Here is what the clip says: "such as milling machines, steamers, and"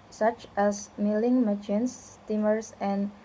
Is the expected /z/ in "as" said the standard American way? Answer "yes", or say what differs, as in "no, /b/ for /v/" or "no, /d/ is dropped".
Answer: no, /s/ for /z/